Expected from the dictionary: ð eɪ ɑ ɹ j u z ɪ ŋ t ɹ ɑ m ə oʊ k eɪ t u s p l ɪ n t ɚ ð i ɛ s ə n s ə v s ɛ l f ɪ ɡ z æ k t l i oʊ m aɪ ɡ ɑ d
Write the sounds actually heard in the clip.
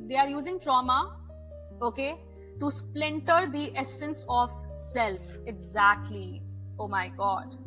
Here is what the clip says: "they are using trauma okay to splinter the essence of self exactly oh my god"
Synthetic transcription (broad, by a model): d eɪ ɑ ɹ j u z ɪ ŋ t ɹ ɑ m ə oʊ k eɪ t u s p l ɪ n t ɚ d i ɛ s ə n s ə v s ɛ l f ɪ ɡ z æ k t l i oʊ m aɪ ɡ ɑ d